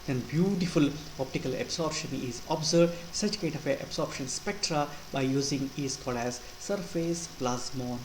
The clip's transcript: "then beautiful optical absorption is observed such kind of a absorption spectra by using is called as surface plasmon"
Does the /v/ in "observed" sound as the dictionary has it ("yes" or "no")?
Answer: no